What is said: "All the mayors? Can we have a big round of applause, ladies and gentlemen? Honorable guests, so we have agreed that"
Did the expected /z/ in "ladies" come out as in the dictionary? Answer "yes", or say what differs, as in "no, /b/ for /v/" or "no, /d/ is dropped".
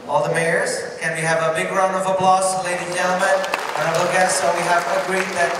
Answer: no, /z/ is dropped